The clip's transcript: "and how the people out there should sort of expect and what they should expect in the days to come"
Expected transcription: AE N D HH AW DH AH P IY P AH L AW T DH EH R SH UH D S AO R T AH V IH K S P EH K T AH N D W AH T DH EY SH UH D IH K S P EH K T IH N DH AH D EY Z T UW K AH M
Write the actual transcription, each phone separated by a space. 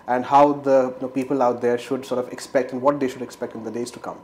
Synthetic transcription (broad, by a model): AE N D HH AW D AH P IY P AH L AW T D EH R SH UH D S AO R T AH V IH K S P EH K T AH N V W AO T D EY SH UH D IH K S P EH K T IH N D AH D EY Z T UW K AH M